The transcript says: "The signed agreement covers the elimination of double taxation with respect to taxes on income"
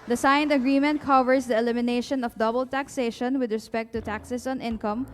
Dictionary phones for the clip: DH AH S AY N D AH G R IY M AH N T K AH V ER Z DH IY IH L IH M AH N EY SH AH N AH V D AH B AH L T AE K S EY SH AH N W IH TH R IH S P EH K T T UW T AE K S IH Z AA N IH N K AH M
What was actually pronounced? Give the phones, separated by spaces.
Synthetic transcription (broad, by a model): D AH S AY N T AH G R IY M AH N T K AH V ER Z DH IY IH L IH M AH N EY SH AH N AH F D AH B AH L T AE K S EY SH AH N W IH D R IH S P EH K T T UW T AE K S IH S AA N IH N K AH M